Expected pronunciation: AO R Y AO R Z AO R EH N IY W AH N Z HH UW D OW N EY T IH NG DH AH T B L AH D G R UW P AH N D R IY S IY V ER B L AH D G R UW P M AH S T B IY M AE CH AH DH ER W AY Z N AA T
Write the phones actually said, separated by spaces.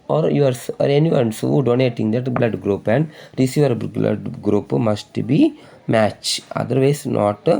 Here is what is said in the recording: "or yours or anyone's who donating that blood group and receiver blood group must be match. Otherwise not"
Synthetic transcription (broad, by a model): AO R Y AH R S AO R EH N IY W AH N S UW D OW N EY T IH NG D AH T B L AH D G R UW P AH N D R IY S IY V ER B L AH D G R UW P M AH S T B IY M AE CH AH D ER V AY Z N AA T